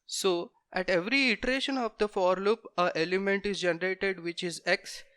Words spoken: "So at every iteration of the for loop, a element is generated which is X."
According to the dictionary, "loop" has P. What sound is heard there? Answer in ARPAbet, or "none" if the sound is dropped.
P